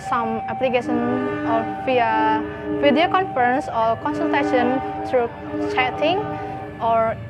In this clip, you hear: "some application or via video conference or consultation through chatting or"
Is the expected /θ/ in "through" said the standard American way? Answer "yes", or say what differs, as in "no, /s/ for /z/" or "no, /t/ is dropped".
no, /t/ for /θ/